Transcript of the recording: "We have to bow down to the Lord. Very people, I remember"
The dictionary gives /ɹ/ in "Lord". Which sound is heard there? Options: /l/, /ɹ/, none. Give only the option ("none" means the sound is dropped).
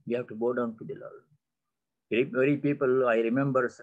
/l/